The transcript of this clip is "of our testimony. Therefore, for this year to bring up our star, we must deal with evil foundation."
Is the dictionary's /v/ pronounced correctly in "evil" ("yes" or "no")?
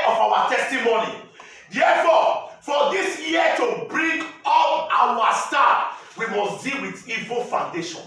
yes